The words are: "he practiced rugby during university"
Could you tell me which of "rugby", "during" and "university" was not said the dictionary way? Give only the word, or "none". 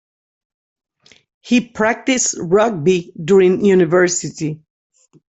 none